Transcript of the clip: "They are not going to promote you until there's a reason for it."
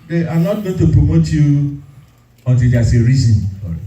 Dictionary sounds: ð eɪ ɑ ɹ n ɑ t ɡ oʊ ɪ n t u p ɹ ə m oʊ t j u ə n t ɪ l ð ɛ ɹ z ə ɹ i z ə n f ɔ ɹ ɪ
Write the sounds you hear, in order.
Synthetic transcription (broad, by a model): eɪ ɑ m n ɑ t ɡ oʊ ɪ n t u p ɹ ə m oʊ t j u ə n t ɪ l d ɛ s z ə ɹ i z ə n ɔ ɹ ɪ